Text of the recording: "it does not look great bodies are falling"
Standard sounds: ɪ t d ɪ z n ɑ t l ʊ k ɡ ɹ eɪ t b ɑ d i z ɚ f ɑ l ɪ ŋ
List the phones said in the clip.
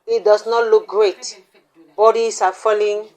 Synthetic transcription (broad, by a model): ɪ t d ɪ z n ɑ t l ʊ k ɡ ɹ eɪ t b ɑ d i s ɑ f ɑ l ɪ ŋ